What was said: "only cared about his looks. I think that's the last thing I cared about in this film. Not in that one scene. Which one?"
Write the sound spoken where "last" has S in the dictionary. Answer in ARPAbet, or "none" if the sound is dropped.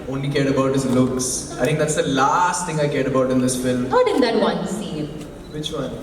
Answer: S